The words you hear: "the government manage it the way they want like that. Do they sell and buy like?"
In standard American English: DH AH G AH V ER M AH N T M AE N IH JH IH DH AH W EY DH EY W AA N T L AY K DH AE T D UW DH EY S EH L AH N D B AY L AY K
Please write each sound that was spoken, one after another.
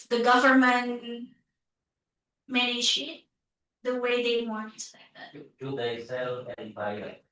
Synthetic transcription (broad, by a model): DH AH G AH V ER M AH N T M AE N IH SH IH DH AH W EY DH EY W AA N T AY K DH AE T D UW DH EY S EH L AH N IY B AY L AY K